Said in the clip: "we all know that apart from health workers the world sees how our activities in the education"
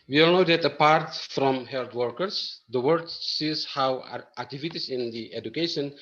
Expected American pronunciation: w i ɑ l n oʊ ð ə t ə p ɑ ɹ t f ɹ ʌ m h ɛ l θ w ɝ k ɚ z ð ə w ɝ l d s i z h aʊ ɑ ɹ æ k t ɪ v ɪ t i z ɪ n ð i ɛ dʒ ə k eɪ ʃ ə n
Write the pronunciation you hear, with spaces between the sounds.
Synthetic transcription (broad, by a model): w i ɑ l n oʊ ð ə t ə p ɑ ɹ t f ɹ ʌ m h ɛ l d w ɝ k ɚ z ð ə w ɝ d s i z h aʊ ɑ w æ k t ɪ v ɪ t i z ɪ n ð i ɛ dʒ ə k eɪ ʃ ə n